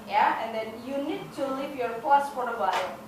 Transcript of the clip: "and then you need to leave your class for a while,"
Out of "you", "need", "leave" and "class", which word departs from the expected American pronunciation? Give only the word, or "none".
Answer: class